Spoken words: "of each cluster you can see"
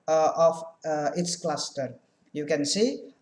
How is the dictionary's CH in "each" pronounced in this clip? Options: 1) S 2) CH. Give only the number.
1